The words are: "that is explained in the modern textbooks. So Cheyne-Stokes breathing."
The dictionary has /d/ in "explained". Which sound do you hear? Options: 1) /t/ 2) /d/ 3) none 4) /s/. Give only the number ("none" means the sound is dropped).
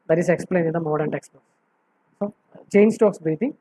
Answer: 3